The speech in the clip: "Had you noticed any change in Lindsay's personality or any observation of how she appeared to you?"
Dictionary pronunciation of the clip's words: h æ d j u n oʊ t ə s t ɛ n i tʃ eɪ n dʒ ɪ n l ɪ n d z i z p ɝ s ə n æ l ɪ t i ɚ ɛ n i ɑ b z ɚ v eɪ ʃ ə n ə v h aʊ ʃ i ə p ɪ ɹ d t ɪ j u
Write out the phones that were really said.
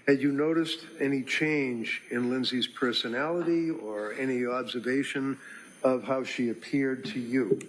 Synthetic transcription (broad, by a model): h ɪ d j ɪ n oʊ t ə s t ɛ n i tʃ eɪ n dʒ ɪ n l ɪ n z i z p ɝ s ə n æ l ɪ t i ɚ ɛ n i ɑ b z ɚ v eɪ ʃ ə n ə v h aʊ ʃ i ə p ɪ ɹ d t ɪ j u